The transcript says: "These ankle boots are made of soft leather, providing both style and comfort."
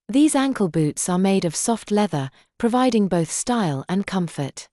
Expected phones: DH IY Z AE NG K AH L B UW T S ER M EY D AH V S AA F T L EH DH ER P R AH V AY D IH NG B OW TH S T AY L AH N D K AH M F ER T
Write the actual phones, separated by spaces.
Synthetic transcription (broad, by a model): DH IY Z AE NG K AH L B UW T S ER M EY D AH V S AA F T L EH DH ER P R AH V AY D IH NG B OW TH S T AY L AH N K AH M F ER T